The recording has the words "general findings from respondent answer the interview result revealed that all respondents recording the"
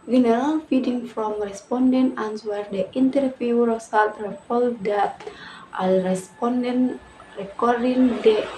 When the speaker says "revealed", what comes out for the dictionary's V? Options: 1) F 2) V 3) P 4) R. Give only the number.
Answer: 3